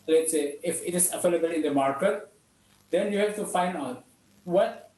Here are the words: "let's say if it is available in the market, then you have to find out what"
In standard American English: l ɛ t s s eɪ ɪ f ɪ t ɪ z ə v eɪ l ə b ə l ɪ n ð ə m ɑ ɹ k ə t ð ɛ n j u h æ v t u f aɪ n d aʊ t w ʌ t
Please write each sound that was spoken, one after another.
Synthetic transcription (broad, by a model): l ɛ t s s eɪ ɪ f ɪ t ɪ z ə f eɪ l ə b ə l ɪ n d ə m ɑ ɹ k ə t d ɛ n j u h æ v t u f aɪ n d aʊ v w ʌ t